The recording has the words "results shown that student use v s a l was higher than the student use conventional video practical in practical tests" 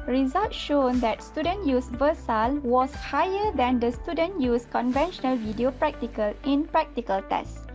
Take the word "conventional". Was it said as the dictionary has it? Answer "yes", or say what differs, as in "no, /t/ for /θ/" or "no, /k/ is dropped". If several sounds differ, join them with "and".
yes